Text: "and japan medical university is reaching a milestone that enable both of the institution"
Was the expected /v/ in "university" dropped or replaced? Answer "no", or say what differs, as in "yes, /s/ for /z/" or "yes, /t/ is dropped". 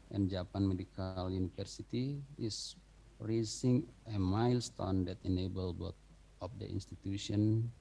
yes, /f/ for /v/